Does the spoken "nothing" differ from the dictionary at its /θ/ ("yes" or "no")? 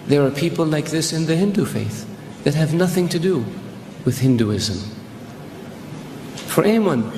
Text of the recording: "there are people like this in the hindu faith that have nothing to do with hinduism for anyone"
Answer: no